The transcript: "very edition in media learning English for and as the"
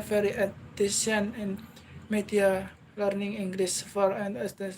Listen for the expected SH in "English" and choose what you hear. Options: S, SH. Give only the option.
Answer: S